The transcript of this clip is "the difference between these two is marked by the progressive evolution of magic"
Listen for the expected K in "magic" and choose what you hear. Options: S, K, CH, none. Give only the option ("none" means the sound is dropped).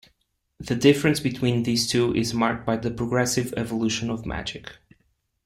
K